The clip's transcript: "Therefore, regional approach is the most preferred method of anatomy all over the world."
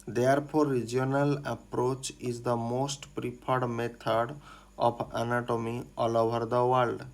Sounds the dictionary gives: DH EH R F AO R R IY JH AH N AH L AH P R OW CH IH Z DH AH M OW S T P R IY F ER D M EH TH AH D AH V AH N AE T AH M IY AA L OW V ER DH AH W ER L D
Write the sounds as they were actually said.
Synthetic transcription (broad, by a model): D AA R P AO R R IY JH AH N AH L AH P R OW CH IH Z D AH M OW S T P R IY P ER D M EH T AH D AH P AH N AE T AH M IY AA L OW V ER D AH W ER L D